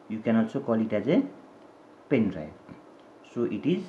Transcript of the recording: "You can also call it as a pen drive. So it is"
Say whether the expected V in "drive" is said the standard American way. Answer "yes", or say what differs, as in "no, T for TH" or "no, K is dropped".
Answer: no, B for V